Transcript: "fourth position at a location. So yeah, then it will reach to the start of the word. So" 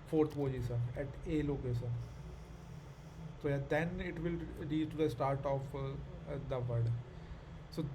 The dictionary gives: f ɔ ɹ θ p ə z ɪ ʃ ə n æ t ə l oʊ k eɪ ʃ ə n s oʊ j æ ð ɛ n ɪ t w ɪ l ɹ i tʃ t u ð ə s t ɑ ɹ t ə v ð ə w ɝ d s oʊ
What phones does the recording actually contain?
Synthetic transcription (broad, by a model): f ɔ ɹ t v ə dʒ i s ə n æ t ə l oʊ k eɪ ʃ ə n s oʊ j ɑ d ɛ n ɪ t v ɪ l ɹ i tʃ t u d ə s t ɑ ɹ t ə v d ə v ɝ d s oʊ